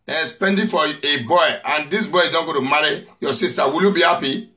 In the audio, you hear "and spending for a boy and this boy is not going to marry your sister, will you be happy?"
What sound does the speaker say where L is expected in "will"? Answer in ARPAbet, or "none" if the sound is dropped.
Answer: L